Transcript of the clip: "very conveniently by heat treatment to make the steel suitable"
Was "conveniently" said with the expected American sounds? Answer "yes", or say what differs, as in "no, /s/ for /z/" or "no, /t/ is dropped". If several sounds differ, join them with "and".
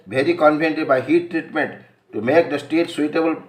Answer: no, /l/ is dropped